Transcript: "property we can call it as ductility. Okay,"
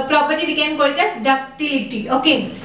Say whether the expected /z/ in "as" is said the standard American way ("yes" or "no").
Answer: no